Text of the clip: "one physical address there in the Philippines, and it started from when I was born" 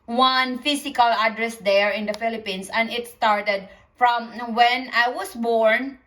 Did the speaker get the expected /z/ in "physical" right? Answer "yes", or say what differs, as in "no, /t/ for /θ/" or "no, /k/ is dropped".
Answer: no, /s/ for /z/